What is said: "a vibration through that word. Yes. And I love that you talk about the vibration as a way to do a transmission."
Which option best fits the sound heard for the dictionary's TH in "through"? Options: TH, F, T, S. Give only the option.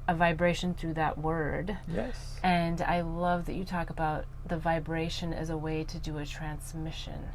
TH